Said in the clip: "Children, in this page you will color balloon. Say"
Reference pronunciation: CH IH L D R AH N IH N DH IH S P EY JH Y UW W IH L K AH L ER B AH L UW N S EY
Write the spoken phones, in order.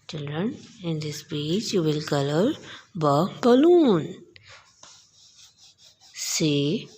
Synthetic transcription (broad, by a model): CH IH L D R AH N IH N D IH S B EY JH Y UW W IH L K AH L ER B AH L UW N S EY